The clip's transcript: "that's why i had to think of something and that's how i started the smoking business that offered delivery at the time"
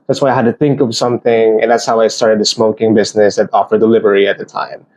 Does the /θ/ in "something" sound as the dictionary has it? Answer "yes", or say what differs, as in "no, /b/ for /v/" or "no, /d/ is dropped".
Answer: yes